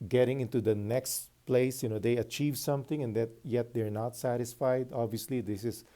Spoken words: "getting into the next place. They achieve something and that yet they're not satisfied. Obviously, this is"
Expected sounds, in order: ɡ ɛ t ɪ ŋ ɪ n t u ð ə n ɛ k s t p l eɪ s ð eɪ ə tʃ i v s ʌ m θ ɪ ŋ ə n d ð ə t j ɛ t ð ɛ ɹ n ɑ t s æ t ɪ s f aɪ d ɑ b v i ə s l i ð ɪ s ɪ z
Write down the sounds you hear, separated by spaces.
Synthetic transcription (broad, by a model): ɡ ɛ t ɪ ŋ ɪ n t u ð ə n ɛ k s t p l eɪ s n eɪ ə tʃ i v s ʌ m θ ɪ ŋ ə n d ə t j ɛ t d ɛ ɹ n ɑ t s æ t ɪ s f aɪ d ɑ b v i ə s l i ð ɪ s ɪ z